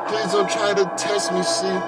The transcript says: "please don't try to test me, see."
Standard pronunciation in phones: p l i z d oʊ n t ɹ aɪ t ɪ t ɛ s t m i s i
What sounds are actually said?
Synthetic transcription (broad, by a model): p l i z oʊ l t ɹ aɪ t ɪ t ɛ s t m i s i